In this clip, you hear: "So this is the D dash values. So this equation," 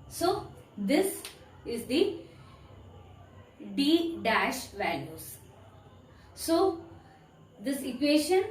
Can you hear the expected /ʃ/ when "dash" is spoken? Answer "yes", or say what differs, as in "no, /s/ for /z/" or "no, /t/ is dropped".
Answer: yes